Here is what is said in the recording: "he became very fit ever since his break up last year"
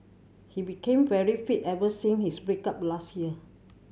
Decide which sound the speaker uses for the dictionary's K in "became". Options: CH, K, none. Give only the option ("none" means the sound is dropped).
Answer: K